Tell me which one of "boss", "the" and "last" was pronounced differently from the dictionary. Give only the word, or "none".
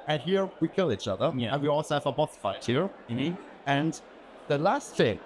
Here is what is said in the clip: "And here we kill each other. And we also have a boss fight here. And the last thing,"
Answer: boss